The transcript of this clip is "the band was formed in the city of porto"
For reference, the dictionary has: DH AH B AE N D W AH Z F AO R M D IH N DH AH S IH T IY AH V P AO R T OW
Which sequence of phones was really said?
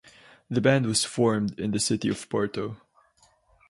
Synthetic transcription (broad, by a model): DH AH B AE N D W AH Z F AO R M D IH N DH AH S IH T IY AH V P AO R T OW